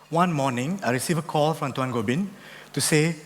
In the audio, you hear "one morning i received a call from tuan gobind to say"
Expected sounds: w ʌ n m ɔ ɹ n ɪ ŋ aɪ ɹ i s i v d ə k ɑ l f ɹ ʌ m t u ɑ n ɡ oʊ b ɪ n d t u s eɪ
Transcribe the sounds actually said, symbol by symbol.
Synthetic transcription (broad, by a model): w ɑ n m ɔ n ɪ ŋ aɪ ɹ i s i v ə k ɑ l f ɹ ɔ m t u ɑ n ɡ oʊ b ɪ n t u s eɪ